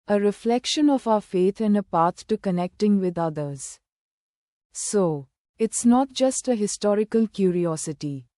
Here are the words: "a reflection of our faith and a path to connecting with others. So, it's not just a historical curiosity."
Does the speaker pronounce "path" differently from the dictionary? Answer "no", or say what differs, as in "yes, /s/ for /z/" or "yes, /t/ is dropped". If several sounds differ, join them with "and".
yes, /t/ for /θ/